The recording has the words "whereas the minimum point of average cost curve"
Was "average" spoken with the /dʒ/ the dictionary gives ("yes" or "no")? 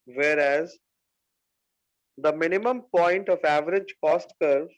yes